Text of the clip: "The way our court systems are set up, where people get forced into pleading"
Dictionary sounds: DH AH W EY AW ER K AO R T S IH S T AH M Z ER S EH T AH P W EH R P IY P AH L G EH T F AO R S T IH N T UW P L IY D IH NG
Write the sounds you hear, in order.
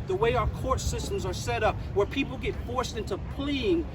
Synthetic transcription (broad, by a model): DH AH W EY AW ER K AO R T S IH S T AH M Z ER S EH T AH P W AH R P IY P L G EH T F AO R S T IH N T UW P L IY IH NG